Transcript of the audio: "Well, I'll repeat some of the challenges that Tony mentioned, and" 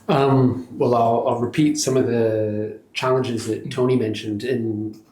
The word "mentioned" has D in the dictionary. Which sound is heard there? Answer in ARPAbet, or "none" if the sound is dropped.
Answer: D